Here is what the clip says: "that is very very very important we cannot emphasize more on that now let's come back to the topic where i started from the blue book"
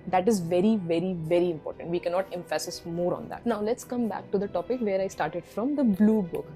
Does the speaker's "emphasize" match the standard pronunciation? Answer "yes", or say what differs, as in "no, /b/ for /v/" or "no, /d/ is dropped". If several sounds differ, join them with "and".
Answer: no, /s/ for /z/